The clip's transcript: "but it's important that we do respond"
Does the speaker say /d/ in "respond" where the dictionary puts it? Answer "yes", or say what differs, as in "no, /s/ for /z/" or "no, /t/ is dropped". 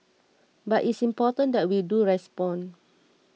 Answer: no, /d/ is dropped